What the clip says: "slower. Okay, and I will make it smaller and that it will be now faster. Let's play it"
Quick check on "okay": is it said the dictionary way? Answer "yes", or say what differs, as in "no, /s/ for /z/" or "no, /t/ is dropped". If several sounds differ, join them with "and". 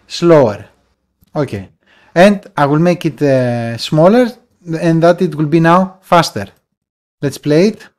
yes